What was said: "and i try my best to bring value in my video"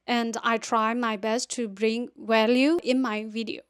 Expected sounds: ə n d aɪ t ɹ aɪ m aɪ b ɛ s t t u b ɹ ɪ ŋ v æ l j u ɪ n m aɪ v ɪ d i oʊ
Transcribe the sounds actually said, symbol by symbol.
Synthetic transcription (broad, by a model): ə n d aɪ t ɹ aɪ m aɪ b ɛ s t t u b ɹ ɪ ŋ w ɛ l j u ɪ n m aɪ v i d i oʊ